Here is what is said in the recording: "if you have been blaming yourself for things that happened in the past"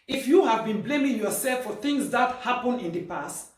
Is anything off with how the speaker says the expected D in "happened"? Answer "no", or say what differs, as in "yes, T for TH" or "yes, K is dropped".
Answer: yes, D is dropped